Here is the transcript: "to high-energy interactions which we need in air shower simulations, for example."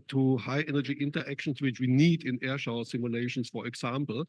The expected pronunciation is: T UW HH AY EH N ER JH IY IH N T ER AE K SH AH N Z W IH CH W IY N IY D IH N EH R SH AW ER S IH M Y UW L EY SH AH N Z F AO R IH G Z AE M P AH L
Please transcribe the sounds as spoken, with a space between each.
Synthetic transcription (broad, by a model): T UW HH AY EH N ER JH IY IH N T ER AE K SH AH N S W IH CH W IY N IY D IH N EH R SH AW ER S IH M Y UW L EY SH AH N S F AO R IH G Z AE M P L